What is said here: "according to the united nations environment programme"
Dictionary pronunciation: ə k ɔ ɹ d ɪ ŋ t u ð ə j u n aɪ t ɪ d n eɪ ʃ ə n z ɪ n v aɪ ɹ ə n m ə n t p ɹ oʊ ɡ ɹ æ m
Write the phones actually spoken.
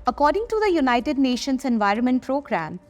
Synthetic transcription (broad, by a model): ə k ɔ ɹ d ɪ ŋ t u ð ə j u n aɪ t ɪ d n eɪ ʃ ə n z ɪ n v aɪ ɹ ə n m ə n t p ɹ oʊ ɡ ɹ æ m